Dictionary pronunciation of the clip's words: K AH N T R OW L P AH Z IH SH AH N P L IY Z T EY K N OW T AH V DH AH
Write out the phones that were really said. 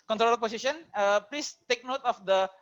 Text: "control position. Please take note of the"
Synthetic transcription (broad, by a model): K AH N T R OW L P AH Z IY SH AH N P L IY S T EY K N OW T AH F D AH